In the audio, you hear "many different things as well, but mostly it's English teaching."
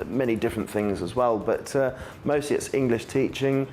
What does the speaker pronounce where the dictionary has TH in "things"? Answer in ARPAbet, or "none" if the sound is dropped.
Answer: TH